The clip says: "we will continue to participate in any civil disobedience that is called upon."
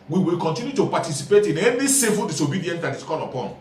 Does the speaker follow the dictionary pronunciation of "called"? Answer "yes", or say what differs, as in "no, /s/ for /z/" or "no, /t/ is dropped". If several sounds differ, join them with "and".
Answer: no, /d/ is dropped